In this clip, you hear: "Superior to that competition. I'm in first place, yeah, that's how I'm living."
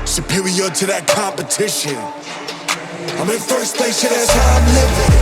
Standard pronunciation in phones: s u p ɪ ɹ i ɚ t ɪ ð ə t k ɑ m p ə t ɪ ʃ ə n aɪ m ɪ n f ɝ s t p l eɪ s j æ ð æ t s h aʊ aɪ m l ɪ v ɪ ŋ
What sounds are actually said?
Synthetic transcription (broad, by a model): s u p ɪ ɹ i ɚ t ɪ ð ə t k ɑ m p ə t ɪ ʃ ə n aɪ m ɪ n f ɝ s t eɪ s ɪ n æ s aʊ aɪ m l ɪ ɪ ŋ